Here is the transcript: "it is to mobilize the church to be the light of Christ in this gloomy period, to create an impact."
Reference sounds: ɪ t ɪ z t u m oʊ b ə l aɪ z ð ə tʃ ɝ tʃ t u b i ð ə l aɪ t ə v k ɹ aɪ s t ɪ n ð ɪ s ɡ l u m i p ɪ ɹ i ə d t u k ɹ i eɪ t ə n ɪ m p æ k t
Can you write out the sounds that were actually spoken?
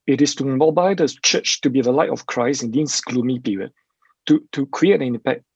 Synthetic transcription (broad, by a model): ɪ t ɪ s t u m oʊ b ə ɪ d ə tʃ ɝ tʃ t u b i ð ə l aɪ t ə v k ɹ aɪ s ɪ n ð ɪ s ɡ l u m i p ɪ ɹ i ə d t u k ɹ i eɪ t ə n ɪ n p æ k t